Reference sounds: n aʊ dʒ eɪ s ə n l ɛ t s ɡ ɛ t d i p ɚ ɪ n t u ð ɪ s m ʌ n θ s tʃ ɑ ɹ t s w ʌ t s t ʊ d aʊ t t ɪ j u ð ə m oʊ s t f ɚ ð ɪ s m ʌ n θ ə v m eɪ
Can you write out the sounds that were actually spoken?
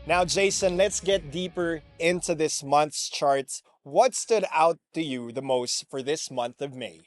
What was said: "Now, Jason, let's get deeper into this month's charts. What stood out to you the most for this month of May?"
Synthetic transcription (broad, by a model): n aʊ dʒ eɪ s ə n l ɛ t s ɡ ɛ t d i p ɚ ɪ n t u ð ɪ s m ʌ n θ s tʃ ɑ ɹ t s w ʌ t s t ʊ d aʊ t t ɪ j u ð ə m oʊ s t f ɚ ð ɪ s m ʌ n θ ə v m eɪ